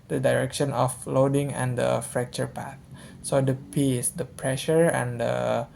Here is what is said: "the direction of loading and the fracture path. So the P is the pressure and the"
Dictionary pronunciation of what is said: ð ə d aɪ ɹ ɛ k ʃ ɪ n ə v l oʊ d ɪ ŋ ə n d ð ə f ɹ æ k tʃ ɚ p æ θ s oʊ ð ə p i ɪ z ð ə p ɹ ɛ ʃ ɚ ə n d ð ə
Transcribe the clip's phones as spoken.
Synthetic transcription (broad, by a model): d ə d aɪ ɹ ɛ k ʃ ɪ n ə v l oʊ d ɪ ŋ ə n d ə f ɹ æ k tʃ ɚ p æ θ s oʊ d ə p i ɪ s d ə p ɹ ɛ ʃ ɚ ə n d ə